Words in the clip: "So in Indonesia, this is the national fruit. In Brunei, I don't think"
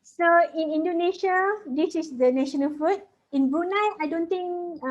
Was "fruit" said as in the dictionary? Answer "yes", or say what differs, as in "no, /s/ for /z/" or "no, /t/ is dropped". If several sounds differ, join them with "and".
no, /ɹ/ is dropped